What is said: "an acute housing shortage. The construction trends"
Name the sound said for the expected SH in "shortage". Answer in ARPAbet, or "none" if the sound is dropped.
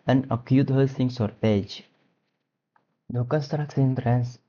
S